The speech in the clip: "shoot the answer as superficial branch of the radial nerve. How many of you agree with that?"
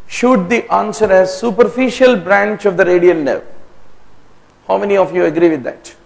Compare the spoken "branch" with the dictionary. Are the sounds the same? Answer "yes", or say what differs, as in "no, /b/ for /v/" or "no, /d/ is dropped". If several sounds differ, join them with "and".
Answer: yes